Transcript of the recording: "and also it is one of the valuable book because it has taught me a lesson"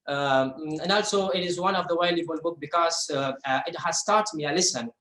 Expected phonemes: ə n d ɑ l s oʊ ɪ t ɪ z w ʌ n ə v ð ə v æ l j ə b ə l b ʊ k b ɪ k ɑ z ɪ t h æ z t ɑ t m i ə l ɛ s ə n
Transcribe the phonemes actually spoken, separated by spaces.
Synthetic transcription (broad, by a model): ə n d ɑ l s oʊ ɪ t ɪ z w ʌ n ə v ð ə w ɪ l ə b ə l b ʊ k b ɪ k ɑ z ɪ t h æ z t ɑ t m i ə l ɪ s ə n